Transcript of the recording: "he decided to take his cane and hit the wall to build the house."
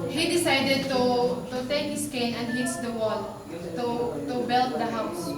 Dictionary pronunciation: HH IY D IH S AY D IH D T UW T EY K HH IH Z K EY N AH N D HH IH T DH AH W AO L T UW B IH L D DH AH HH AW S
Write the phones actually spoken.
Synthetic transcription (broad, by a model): HH IY D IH S AY D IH D T UW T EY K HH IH S K EY N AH N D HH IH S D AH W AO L T UW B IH L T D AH HH AW S